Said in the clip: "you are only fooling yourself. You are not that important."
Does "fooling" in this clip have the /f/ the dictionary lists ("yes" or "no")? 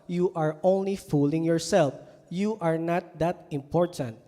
yes